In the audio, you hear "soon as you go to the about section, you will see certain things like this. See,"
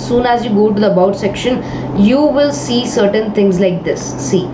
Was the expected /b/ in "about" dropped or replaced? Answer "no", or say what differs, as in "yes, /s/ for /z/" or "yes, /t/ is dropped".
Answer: no